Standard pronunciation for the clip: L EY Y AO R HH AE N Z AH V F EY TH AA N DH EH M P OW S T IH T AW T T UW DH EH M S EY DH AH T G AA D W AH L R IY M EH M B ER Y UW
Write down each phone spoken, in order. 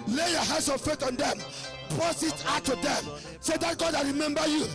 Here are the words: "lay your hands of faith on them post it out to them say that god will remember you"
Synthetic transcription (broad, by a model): L EY Y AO HH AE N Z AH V F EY T AA N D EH M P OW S IH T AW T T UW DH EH M S EY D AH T G AA D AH R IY M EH M B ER Y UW